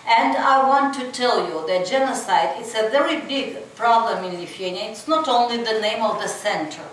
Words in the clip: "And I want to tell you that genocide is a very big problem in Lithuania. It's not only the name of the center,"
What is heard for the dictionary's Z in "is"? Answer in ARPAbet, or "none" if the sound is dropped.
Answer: S